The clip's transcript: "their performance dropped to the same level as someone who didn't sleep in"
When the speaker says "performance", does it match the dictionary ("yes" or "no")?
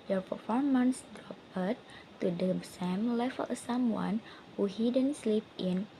yes